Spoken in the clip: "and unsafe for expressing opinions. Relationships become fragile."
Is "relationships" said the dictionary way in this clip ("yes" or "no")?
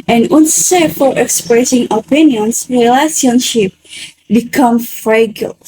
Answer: no